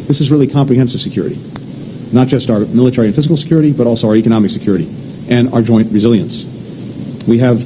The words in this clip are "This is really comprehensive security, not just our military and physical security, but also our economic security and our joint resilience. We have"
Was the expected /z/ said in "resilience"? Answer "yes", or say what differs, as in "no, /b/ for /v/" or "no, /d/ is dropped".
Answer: yes